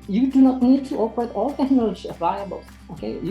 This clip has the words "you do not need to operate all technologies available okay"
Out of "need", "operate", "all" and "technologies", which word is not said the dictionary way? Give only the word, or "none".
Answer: technologies